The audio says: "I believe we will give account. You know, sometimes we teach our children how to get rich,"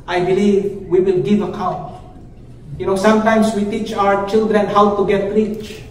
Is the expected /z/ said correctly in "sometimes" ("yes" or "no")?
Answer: no